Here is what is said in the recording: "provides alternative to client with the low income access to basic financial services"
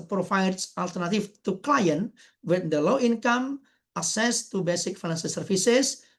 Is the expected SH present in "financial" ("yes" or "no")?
no